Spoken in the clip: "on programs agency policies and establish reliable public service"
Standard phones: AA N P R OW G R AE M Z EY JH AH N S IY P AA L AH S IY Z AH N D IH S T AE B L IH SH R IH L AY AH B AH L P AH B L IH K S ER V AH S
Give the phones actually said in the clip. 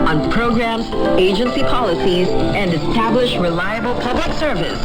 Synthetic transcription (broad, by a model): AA N P R OW G R AE M Z EY JH AH N S IY P AA L AH S IY Z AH N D IH S T AE B L IH SH R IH L AY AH B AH L P AH B L IH K S ER V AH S